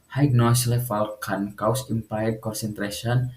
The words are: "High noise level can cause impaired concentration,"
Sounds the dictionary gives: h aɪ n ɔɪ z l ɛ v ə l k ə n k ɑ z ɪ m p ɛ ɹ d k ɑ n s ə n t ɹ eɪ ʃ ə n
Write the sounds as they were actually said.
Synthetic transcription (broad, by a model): h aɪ n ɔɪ s l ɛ f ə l k ə n k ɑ s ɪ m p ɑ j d k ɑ n s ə n t ɹ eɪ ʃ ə n